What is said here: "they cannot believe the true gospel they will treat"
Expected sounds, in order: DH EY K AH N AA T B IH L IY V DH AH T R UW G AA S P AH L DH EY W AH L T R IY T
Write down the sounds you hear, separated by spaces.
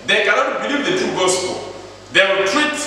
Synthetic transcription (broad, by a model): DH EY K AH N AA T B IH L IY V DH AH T UW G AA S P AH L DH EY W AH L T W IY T